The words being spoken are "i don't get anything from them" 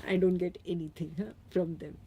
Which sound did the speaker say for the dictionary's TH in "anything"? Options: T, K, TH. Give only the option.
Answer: T